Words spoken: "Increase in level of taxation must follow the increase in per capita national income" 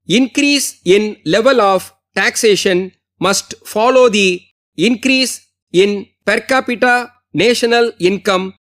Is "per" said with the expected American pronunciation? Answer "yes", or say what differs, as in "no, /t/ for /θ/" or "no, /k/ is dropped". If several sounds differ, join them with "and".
yes